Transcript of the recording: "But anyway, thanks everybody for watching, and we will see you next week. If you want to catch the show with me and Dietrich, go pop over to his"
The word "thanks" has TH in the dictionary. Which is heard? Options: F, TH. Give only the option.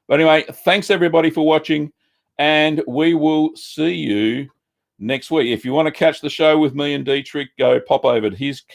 TH